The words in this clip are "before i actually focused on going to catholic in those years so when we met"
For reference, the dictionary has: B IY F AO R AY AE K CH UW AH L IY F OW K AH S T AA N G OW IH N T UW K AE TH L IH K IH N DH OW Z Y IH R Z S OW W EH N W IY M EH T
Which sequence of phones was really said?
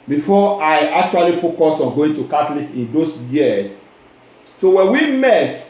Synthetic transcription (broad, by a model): B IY F AO AY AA K CH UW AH L IY F OW K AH S AA N G OW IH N T UW K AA T L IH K IH N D OW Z Y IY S S OW W EH N W IY M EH T